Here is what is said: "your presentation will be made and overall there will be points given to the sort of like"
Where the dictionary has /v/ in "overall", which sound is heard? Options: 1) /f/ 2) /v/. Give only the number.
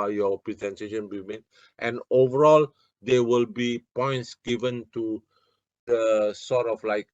2